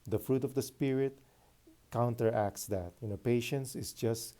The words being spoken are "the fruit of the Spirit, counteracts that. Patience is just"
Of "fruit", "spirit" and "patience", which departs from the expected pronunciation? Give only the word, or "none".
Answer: none